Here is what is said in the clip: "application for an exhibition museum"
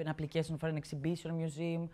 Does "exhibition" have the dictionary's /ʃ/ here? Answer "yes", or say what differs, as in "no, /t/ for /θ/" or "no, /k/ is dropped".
no, /s/ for /ʃ/